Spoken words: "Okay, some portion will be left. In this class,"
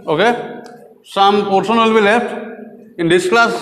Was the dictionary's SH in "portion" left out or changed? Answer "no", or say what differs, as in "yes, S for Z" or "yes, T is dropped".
yes, S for SH